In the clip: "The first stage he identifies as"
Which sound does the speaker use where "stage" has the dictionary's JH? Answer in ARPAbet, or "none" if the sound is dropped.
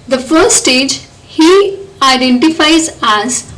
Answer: JH